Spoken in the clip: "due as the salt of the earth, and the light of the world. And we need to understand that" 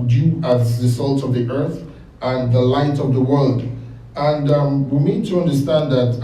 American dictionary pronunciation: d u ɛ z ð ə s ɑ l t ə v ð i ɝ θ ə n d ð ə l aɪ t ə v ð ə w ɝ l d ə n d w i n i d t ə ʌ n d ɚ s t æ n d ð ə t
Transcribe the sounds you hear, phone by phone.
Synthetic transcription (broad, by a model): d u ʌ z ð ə s ɑ l t ə v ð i ɝ θ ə n ð ə l aɪ t ə v ð ə w ɝ l d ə n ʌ w i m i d t ə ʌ n d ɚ s t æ n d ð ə t